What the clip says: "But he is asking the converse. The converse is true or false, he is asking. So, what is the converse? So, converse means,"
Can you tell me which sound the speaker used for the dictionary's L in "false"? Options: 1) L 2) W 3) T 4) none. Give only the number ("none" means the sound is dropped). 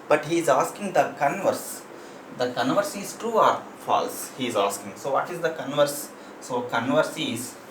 1